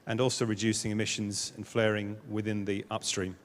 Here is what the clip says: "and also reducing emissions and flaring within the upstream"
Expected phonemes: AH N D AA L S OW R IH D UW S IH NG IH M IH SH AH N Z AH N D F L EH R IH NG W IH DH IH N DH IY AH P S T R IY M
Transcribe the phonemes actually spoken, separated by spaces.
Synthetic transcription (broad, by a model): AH N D AA L S OW R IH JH UW S IH NG IH M IH SH AH N Z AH N F L EH R IH NG W IH DH IH N DH IY AH P S T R IY M